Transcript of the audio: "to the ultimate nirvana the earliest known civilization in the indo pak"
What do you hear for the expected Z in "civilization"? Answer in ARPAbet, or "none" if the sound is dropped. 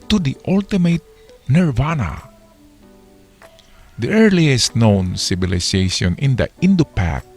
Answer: S